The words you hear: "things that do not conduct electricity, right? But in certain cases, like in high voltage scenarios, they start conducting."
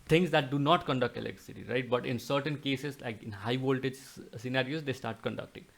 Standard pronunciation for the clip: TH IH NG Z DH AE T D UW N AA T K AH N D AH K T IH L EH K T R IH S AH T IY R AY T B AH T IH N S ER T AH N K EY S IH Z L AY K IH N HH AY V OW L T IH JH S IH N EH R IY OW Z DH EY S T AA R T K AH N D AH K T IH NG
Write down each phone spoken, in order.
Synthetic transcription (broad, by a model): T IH NG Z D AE T D UW N AA T K AH N D AH K T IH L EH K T IH S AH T IY R AY T B AH T IH N S ER T AH N K EY S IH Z L AY K IH N HH AY V OW L T IH JH S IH N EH R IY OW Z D EY S T AA R T K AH N D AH K T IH NG